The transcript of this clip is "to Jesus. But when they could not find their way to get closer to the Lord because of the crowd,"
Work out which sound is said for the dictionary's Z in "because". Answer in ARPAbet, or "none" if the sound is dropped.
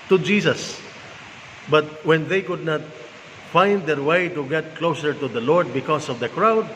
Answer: S